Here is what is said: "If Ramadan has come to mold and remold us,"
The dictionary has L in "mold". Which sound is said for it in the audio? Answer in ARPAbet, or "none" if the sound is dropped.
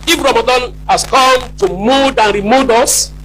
none